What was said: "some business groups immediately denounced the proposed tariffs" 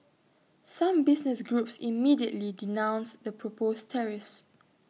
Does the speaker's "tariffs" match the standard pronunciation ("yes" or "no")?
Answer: yes